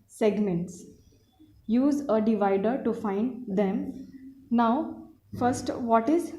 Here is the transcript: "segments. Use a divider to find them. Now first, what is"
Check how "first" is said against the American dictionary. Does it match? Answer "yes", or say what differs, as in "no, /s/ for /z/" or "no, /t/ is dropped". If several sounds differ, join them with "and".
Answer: yes